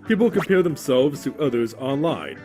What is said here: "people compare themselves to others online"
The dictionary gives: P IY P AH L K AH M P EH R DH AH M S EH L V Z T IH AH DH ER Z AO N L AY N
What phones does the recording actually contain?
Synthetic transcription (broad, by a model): P IY P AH L K AH M P EH R DH AH M S EH L V Z T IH AH DH ER Z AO N L AY N